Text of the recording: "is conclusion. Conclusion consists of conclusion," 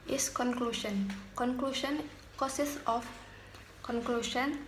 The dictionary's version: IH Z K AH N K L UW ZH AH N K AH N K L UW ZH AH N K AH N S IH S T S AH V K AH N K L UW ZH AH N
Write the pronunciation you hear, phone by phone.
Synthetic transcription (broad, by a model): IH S K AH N K L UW SH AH N K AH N K L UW SH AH N K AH S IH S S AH F K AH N K L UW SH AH N